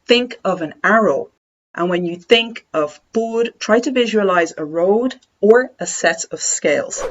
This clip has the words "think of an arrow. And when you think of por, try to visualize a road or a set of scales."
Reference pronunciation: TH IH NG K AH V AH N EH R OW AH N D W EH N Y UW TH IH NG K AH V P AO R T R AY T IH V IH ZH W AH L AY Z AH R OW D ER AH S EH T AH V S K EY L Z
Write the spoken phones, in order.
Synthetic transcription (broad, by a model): TH IH NG K AH V AH N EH R OW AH N W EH N Y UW TH IH NG K AH V B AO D T R AY T IH V IH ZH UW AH L AY Z AH R OW D ER AH S EH T AH V S K EY L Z